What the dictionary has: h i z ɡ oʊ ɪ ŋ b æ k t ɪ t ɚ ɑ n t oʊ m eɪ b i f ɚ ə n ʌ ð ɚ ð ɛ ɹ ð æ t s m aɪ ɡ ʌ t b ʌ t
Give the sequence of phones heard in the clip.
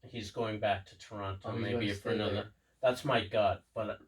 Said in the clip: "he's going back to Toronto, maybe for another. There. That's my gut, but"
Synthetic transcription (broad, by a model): h i z ɡ oʊ ɪ ŋ b æ k t ɪ t ɚ ɑ n t oʊ m eɪ b i f ɚ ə n ʌ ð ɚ ð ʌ ɹ ð æ t s m aɪ ɡ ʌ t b ʌ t